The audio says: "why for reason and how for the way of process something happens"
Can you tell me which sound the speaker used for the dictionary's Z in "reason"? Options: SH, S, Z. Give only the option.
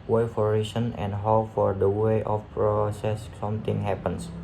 S